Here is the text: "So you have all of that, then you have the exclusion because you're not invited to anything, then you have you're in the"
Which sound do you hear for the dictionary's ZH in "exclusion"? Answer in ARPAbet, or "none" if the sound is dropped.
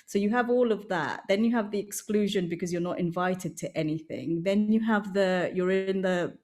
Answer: ZH